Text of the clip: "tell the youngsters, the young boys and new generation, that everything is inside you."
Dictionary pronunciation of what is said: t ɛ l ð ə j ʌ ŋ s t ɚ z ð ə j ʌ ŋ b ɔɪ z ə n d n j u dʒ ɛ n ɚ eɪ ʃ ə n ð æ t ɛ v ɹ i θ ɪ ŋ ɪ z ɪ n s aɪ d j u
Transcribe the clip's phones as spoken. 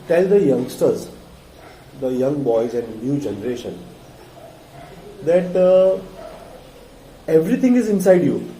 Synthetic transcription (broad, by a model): t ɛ l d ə j ʌ ŋ s t ɚ z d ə j ʌ ŋ b ɔɪ z ə n d n j u dʒ ɛ n ɚ eɪ ʃ ə n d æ t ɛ v ɹ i t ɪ ŋ ɪ z ɪ n s aɪ d j u